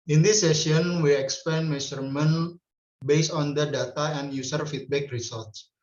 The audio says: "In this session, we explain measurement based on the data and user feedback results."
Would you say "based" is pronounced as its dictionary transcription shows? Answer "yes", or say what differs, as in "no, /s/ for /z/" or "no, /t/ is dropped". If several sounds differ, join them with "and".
no, /t/ is dropped